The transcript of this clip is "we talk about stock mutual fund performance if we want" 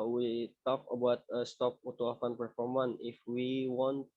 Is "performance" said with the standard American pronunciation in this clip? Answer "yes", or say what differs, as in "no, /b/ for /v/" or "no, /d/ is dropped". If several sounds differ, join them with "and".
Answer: no, /s/ is dropped